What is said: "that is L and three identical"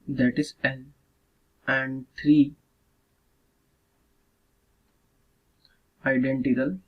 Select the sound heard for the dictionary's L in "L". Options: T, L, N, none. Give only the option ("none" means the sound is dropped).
N